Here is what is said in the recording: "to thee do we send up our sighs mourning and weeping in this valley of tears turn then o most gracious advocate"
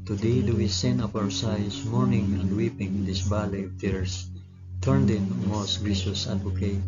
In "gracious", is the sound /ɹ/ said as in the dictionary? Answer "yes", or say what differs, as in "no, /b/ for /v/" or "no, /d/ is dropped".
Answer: no, /ɹ/ is dropped